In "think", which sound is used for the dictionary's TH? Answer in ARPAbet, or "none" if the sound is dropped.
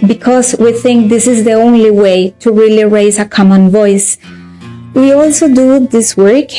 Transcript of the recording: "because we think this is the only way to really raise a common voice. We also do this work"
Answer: TH